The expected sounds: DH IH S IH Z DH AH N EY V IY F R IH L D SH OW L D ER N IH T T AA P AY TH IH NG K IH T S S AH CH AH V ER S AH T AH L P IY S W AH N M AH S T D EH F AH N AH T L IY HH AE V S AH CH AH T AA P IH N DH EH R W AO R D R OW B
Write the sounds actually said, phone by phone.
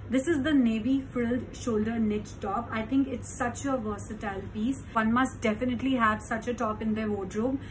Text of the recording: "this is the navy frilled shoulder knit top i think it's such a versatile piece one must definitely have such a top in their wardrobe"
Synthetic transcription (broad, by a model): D IH S IH Z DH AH N EY V IY F IH L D SH OW L D ER N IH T T AA P AY T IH NG K IH T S S AH CH AH V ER S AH T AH L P IY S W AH N M AH S T D EH F AH N AH T L IY HH AE V S AH CH AH T AA P IH N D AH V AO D R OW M